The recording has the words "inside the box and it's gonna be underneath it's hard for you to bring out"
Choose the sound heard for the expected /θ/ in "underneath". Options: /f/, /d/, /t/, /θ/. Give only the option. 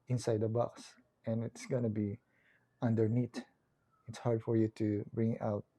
/t/